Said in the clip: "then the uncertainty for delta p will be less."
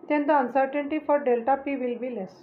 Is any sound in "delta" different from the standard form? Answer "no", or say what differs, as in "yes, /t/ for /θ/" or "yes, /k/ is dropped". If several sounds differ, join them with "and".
no